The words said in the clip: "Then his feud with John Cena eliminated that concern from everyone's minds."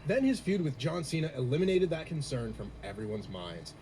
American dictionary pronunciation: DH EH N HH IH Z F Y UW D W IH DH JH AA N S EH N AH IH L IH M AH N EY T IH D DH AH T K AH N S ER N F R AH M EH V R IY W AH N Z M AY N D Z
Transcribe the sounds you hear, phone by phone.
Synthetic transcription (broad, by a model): DH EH N IH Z F Y UW D W IH DH JH AA N S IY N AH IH L IH M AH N EY T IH D DH AH T K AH N S ER N F R AH M EH V R IY W AH N Z M AY N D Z